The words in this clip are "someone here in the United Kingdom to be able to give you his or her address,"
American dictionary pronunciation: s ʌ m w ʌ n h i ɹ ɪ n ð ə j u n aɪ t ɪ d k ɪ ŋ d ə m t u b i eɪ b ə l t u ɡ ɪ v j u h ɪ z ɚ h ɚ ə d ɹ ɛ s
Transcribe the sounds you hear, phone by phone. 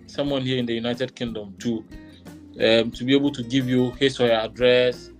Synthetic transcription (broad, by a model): s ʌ m w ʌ n h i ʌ ɪ n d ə j u n aɪ t ɪ d k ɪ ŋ d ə m t u b i eɪ b ə l t u ɡ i v j u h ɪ s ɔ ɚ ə d ɹ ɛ s